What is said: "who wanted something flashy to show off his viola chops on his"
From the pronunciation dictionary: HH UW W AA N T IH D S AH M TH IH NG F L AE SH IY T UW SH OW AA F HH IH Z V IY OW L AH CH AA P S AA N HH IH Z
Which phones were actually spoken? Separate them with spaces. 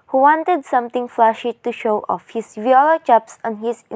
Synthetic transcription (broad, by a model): HH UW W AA N T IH D S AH M T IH NG F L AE SH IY T UW SH OW AA F HH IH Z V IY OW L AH CH AA P S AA N HH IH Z